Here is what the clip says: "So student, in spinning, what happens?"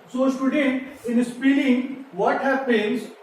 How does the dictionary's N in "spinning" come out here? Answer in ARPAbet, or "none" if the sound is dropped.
L